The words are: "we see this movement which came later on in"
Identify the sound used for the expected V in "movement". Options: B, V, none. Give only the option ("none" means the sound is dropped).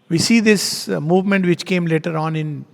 V